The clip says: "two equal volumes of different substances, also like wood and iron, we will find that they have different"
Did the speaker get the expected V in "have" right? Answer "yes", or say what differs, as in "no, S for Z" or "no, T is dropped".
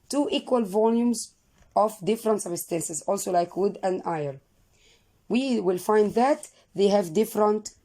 yes